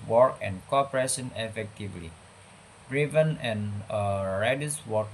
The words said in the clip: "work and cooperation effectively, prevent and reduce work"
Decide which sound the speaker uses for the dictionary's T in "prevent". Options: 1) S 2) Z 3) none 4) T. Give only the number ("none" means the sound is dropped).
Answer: 3